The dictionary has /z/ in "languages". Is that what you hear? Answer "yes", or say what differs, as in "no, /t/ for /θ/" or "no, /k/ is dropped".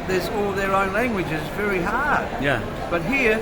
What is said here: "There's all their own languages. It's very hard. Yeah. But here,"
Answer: yes